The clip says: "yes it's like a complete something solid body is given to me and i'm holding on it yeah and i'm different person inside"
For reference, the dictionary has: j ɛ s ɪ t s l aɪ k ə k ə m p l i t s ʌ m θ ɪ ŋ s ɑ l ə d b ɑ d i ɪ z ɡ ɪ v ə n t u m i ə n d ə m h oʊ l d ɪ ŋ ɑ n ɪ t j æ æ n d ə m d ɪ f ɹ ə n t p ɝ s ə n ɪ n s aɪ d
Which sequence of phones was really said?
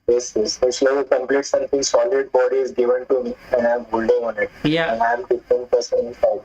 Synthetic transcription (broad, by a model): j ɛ s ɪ s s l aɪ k ə k ə m p l i t s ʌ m t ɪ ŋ s ɑ l ə d b ɑ d i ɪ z ɡ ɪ v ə n t u m i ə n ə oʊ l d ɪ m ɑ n ɪ t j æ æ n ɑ ə m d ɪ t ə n p ɝ s ə n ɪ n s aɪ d